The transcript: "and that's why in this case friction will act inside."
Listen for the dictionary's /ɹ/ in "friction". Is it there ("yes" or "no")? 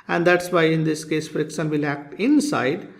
yes